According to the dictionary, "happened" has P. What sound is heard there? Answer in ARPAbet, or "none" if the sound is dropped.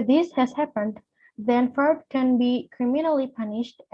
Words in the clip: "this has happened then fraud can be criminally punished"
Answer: P